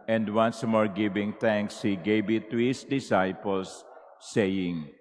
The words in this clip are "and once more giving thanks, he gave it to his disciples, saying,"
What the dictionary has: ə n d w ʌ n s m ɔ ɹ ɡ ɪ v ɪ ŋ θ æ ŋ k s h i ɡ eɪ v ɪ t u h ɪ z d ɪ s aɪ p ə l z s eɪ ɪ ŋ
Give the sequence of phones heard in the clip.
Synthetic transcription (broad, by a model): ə n d w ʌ n s m ɔ ɹ ɡ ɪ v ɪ ŋ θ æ ŋ k s h i ɡ eɪ b ɪ t u h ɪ s d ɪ s aɪ p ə l s eɪ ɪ ŋ